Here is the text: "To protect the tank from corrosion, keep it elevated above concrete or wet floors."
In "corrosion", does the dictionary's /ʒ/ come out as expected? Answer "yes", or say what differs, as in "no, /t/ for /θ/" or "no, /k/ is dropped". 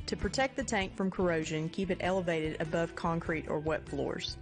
yes